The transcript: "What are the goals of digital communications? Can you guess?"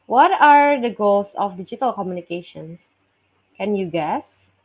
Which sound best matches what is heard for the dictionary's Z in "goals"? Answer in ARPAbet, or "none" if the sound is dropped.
S